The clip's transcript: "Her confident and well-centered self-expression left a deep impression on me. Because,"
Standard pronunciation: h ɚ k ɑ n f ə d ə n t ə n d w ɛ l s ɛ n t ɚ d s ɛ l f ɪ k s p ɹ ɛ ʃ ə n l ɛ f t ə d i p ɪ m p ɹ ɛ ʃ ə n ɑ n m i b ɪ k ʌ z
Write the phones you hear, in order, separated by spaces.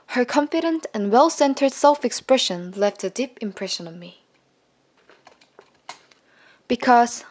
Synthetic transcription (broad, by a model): h ɚ k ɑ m f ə d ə n t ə n w ɛ l s ɛ n t ɚ d s ɛ l f ɪ k s p ɹ ɛ ʃ ə n l ɛ f t ə d i p ɪ m p ɹ ɛ ʃ ə n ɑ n m i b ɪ k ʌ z